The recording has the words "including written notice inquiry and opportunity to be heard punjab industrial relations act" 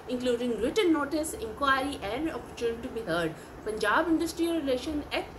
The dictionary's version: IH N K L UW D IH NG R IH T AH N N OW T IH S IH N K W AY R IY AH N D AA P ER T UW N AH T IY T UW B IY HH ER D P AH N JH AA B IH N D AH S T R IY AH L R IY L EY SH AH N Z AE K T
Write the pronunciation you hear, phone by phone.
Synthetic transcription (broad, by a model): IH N K L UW D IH NG R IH T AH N N OW T IH S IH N K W AY R IY AH N D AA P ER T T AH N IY T UW B IY HH ER D P AH N JH AA B IH N D AH S T R IY AH L R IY L EY SH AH N AE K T